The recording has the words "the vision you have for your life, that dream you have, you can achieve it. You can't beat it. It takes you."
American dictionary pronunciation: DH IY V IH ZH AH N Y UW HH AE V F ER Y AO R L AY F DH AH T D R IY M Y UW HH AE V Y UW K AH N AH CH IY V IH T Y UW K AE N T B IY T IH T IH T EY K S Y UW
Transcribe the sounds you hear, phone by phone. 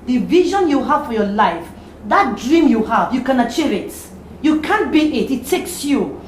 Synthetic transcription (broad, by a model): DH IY V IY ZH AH N Y UW HH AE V F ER Y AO L AY F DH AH T D R IY M Y UW HH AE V Y UW K AH N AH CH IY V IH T Y UW K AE N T B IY IH T IH T EY K S Y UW